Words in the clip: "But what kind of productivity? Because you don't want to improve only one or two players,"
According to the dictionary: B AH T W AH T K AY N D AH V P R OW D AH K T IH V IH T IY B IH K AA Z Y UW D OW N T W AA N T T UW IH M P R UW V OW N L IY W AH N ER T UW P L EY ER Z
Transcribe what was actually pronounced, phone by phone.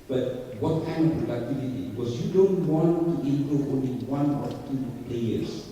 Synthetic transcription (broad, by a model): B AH T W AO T K AY N D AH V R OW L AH T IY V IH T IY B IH K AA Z Y UW D OW N T W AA N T T UW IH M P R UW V OW N L IY W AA N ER T UW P L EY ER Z